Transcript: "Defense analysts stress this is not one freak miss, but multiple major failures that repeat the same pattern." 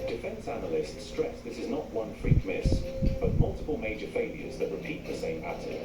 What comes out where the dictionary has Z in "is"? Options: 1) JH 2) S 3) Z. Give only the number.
3